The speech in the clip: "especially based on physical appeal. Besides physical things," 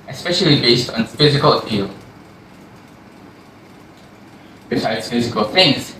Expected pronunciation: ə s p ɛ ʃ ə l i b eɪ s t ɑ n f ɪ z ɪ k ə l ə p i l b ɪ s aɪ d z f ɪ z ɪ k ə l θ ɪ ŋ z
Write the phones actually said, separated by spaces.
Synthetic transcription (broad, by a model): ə s p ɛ ʃ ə l i b eɪ s t ɑ n f ɪ z ɪ k ə l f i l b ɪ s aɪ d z f ɪ z ɪ k ə l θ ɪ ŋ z